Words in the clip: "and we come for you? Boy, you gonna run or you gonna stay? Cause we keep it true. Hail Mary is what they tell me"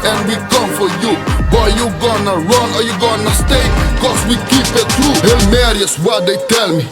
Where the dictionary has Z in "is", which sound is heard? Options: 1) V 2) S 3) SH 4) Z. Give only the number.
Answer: 2